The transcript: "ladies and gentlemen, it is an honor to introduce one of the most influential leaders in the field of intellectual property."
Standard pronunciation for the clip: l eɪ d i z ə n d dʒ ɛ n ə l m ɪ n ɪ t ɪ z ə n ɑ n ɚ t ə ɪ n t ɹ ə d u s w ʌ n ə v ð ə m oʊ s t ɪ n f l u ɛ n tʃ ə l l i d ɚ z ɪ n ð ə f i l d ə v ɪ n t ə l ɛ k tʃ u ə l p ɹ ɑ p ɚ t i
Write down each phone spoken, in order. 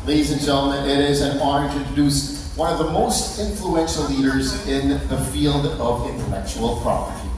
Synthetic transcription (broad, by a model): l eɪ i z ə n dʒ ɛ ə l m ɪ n ɪ t ɪ z ə n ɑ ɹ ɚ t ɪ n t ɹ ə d u s w ʌ n ə v ð ə m oʊ s t ɪ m f l u ɛ n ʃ l l i d ɚ z ɪ n ð ə f i l d ə v ɪ n t ə l ɛ k tʃ u ə l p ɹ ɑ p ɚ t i